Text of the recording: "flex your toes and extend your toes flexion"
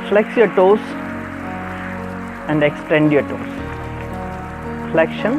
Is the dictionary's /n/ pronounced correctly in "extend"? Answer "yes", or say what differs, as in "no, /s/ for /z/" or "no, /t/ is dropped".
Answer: yes